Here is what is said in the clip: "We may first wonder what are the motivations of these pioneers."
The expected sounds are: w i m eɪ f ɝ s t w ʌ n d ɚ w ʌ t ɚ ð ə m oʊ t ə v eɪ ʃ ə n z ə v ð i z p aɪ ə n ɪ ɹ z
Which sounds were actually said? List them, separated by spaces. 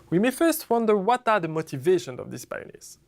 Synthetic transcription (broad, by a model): w i m eɪ f ɝ s t w ʌ n d ɚ w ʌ t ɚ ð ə m oʊ t ə v eɪ ʃ ə n z ə v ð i s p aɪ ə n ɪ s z